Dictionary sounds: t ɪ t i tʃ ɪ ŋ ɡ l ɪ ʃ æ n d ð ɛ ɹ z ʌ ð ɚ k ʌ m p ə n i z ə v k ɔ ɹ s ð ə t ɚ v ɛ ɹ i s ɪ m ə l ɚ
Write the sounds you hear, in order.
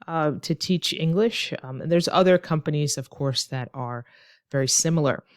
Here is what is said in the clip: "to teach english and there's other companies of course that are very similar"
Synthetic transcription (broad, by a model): t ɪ t i tʃ ɪ ŋ ɡ l ɪ ʃ n ð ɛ ɹ z ʌ ð ɚ k ʌ m p ə n i z ə v k ɔ ɹ s ð ə t ɚ v ɛ ɹ i s ɪ m l ɚ